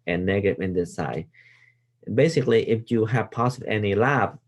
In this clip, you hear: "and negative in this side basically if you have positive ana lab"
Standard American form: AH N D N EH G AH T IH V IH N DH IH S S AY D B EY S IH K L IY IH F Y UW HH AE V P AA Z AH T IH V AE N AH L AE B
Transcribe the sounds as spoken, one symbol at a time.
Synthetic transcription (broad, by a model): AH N N EH G AH T IH V IH N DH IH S S AY B EY S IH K L IY IH F Y UW HH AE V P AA S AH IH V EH N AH L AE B